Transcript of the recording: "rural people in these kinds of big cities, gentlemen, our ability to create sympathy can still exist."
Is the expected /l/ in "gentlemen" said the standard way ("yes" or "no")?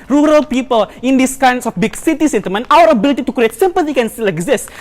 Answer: no